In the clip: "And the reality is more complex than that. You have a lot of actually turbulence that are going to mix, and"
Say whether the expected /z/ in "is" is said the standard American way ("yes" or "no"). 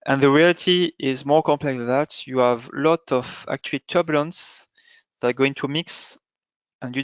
yes